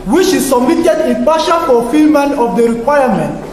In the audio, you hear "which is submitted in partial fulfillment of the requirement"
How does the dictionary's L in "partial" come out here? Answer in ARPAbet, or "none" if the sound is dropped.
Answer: N